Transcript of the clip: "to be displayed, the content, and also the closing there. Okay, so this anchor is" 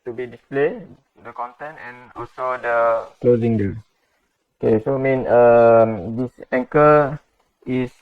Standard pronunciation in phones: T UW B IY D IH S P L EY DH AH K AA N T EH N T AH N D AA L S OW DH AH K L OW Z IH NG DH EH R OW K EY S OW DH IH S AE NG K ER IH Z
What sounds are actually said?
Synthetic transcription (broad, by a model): T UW B IY D IH S P L EY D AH K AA N T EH N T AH N AA L S OW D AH K L OW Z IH NG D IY L OW K EY S OW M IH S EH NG K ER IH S